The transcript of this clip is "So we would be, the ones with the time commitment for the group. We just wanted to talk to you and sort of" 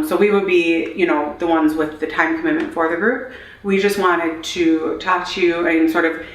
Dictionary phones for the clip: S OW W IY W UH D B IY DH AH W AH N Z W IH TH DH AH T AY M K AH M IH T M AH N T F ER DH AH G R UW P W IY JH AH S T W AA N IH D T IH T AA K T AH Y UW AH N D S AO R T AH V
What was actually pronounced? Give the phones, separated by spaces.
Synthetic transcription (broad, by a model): S OW W IY W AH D B IY DH AH W AH N Z W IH DH AH T AY M K AH M IH T M AH N T F ER DH AH G R UW P W IY JH AH S T W AA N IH D T IH T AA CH Y UW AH N S AO R T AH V